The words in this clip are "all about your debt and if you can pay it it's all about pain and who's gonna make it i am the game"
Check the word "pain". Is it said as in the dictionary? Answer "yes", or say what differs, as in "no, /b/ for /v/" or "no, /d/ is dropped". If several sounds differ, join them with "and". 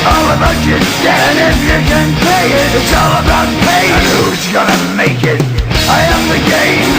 no, /n/ is dropped